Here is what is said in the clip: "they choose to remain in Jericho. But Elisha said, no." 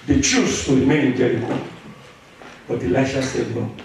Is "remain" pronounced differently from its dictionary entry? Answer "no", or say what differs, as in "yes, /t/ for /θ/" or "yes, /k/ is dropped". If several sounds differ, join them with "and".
yes, /n/ is dropped